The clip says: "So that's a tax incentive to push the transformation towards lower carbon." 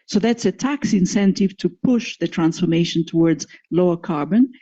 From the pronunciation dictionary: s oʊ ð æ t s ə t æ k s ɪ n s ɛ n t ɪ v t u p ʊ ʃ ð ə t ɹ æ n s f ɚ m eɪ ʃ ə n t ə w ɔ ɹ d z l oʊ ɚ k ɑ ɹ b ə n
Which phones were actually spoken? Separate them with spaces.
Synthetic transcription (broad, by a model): s oʊ ð æ t s ə t æ k s ɪ n s ɛ n t ɪ v t u p ʊ ʃ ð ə t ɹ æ n s f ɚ m eɪ ʃ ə n t ə w ɔ ɹ d z l oʊ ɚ k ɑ ɹ b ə n